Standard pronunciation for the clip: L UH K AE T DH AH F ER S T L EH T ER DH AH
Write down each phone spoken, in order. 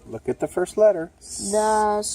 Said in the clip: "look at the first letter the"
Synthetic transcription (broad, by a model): L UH K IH T DH AH F ER S T L EH T ER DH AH